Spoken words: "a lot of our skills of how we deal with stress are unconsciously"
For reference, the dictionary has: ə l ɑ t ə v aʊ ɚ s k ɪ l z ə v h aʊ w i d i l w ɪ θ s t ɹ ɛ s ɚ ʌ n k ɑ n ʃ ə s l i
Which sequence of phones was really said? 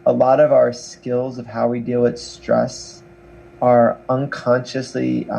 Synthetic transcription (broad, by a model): ə l ɑ t ə v aʊ ɚ s k ɪ l z ə v h aʊ w i d i l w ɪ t s t ɹ ɛ s ɚ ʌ n k ɑ n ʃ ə s l i